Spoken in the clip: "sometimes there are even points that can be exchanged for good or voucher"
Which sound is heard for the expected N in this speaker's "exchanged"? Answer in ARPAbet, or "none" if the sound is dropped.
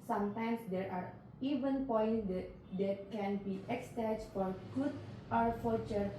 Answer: none